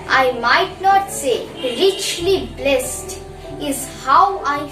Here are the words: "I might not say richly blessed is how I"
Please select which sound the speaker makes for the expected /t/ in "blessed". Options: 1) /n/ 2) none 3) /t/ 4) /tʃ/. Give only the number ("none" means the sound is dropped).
3